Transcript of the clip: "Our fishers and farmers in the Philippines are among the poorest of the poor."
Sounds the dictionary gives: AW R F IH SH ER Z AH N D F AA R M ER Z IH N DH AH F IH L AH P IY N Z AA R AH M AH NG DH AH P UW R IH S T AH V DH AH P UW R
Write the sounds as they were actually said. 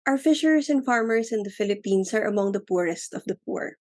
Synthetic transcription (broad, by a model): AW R F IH SH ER S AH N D F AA R M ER S IH N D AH F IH L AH P IY N S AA R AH M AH NG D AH P UW R IH S T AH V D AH P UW R